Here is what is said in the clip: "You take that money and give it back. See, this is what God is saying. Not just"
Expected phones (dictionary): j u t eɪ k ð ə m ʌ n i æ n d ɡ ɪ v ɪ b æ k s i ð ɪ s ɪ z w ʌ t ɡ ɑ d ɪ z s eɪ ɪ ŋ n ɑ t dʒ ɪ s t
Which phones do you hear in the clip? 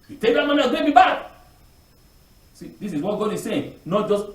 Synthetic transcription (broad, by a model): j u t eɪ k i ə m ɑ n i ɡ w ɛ b ɪ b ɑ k s i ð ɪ s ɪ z w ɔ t ɡ ɑ d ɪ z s eɪ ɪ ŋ n ɑ t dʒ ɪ s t